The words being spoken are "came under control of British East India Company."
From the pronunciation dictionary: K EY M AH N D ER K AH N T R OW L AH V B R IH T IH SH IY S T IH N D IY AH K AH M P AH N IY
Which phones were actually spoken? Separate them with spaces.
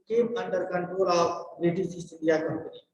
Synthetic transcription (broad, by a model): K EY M AH N D ER K AH N T R OW L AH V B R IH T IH S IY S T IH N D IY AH K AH M P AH N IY